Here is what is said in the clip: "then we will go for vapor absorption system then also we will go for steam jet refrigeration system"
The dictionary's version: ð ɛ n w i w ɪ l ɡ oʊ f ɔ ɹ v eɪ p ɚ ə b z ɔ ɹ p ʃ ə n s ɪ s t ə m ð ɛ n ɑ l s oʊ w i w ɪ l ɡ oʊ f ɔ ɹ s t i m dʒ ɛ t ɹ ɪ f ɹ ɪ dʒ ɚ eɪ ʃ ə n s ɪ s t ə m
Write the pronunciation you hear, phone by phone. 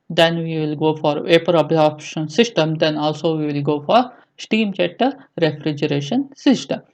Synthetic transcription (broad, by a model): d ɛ n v i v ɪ l ɡ oʊ f ɔ ɹ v eɪ p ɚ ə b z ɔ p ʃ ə n s ɪ s t ə m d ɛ n ɑ l s oʊ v i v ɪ l ɡ oʊ f ɔ ɹ s t i m tʃ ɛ t ɹ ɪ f ɹ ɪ dʒ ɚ eɪ ʃ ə n s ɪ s t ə m